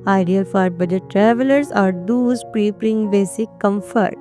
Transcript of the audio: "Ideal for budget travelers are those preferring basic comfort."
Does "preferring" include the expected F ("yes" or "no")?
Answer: no